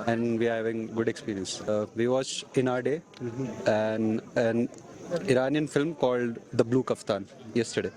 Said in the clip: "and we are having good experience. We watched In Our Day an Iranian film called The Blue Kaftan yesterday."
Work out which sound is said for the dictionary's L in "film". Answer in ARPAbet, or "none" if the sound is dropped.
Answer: L